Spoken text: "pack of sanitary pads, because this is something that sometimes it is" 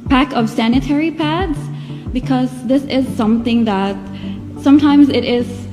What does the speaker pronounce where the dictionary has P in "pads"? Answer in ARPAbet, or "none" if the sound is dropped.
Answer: P